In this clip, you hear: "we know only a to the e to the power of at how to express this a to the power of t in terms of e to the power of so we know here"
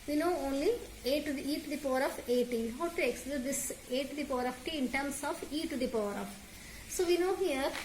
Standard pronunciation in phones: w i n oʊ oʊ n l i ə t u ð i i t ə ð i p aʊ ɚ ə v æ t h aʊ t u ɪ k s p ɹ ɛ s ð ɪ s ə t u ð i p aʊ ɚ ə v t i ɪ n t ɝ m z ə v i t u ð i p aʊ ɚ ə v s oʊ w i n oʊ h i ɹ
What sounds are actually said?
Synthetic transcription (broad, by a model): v i n oʊ oʊ n l i ə t u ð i i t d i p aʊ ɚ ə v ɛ t h aʊ t u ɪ k s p l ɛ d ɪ s ə t u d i p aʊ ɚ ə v t i ɪ n t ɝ m s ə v i t u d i p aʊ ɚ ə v s oʊ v i n oʊ h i ɹ